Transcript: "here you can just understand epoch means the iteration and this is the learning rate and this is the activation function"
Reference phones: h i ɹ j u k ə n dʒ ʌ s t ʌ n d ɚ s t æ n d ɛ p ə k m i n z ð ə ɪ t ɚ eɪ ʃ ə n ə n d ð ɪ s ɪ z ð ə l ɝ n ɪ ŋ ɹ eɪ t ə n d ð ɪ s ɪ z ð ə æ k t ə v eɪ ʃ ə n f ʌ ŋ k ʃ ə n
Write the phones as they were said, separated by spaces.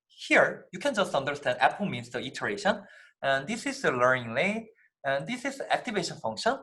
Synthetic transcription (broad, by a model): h i ɹ j u k ə n dʒ ʌ s t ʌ n d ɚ s t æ n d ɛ p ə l m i n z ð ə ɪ t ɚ eɪ ʃ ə n ə n d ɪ s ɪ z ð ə l ɝ n ɪ ŋ l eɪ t ə n d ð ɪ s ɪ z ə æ k t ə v eɪ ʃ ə n f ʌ ŋ k ʃ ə n